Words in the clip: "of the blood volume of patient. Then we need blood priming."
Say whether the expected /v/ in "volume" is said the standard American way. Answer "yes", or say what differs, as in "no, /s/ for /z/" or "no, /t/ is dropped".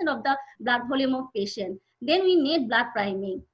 no, /b/ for /v/